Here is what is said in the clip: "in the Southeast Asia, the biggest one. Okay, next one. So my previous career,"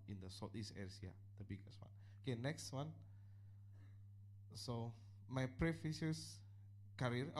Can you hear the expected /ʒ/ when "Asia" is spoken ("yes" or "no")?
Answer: no